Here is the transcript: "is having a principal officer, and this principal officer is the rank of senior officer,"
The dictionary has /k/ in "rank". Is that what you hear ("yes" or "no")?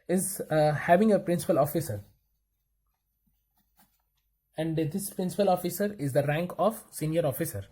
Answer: yes